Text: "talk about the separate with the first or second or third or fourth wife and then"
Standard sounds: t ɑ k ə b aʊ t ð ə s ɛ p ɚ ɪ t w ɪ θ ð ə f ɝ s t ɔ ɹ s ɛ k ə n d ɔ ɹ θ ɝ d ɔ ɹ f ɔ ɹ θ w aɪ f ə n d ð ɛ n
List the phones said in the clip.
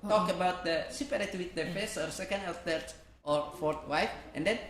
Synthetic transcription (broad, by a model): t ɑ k ə b aʊ t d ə s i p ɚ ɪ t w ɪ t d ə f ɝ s ɔ ɹ s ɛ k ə n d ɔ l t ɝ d ɔ ɹ f ɔ ɹ t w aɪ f ə n d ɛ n